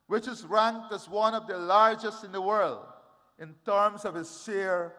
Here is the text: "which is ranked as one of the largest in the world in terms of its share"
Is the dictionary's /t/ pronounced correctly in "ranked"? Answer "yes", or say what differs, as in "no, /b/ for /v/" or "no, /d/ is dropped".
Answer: yes